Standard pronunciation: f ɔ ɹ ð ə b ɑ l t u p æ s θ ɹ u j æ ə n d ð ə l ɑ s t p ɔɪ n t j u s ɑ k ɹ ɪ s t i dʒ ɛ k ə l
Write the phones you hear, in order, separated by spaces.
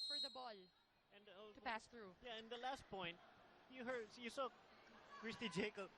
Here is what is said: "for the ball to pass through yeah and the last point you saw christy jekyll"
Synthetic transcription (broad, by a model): f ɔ ɹ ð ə b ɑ l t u p æ s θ ɹ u j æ ə n d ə l ɑ s t p ɔɪ n t j u s ɑ k ɹ ɪ s t i dʒ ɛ k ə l